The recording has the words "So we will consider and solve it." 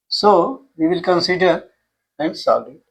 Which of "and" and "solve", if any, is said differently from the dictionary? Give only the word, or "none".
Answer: solve